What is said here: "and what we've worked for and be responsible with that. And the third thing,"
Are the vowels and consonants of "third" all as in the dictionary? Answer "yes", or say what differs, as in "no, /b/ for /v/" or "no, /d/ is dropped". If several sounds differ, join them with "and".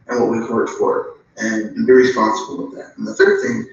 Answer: yes